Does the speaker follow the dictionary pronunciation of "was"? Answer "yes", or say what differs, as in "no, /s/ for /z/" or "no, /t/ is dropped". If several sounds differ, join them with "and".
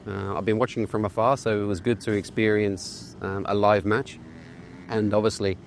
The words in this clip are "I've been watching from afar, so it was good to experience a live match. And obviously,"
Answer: yes